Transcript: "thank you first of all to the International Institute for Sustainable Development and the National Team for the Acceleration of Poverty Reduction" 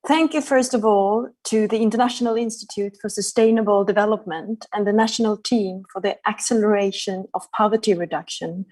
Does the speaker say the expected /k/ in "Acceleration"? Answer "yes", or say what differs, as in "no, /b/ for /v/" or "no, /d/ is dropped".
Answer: yes